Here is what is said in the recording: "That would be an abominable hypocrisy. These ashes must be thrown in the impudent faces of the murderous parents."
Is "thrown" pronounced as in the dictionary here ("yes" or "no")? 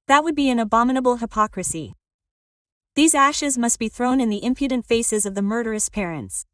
yes